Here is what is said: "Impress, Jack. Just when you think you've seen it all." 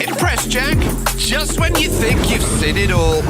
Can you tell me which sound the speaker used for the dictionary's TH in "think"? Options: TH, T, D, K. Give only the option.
TH